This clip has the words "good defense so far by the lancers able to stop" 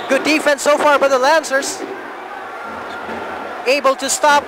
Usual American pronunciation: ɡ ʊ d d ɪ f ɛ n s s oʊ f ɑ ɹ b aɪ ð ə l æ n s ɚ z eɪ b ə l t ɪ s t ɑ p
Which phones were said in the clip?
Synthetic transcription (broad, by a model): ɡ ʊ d d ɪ f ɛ n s s oʊ f ɑ ɹ b aɪ ð ə l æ n s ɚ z eɪ b ə l t ɪ s t ɑ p